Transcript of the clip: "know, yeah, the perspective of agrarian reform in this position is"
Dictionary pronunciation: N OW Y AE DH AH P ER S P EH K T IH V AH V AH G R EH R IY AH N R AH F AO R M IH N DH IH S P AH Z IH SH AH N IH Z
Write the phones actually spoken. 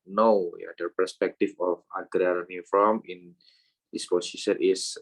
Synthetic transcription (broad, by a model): N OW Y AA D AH P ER S P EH K T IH F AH F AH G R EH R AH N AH F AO M IH N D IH S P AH S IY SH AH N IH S